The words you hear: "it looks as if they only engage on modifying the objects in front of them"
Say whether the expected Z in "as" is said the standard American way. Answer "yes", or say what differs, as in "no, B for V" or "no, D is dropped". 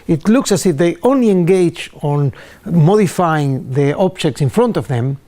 no, S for Z